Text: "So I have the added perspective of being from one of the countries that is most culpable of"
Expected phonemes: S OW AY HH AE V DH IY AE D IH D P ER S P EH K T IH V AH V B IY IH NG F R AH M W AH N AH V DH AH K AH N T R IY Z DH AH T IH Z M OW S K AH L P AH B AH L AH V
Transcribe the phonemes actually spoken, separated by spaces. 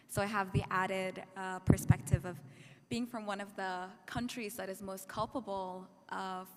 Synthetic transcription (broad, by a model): S OW AY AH V DH IY AE D IH D P ER S P EH K T IH V AH V B IY IH NG F R AH M W AH N AH V DH AH K AH N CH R IY Z DH AH T IH Z M OW S K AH L P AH B L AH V